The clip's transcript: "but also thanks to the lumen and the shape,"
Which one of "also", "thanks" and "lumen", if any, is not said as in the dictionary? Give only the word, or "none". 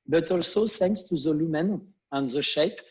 thanks